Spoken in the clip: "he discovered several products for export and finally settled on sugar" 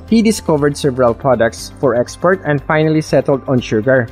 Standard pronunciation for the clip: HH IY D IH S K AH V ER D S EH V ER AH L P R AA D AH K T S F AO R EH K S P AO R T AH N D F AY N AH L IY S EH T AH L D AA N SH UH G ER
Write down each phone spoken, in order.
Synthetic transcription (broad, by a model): HH IY D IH S K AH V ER D S EH V ER AH L P R AA D AH K T S F AO R EH K S P AO R T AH N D F AY N AH L IY S EH T AH L D AA N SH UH G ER